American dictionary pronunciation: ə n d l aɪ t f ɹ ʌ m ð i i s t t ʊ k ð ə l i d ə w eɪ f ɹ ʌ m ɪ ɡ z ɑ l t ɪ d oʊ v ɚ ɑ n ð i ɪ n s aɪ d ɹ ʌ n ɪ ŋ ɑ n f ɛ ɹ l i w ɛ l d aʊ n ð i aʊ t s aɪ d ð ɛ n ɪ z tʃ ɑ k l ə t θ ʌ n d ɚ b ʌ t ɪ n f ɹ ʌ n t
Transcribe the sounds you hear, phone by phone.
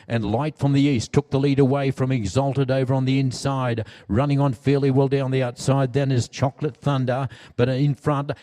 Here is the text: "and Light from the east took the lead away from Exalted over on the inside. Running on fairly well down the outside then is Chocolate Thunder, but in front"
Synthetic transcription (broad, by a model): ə n l aɪ t f ɹ ʌ m ð i i s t t ʊ k ð ə l i d ə w eɪ f ɹ ʌ m ɪ ɡ z ɑ l t ɪ d oʊ v ɚ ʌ n ð i ɪ n s aɪ d ɹ ʌ n ɪ ŋ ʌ n f ɛ ɹ l i w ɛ l d aʊ n ð i aʊ t s aɪ d ð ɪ n ɪ z tʃ ɑ k l ə t θ ʌ n d ɚ b ʌ t ɪ n f ɹ ʌ n t